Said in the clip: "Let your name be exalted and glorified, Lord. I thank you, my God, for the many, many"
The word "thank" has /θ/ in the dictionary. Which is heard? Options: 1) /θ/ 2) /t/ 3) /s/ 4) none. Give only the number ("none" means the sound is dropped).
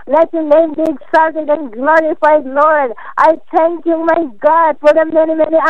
2